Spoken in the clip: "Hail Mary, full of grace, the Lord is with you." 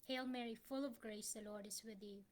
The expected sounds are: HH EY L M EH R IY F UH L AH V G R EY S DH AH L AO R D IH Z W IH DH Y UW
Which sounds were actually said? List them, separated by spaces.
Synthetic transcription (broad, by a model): HH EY L M EH R IY F UH L AH V G R EY S DH AH L AO R D IH Z W IH DH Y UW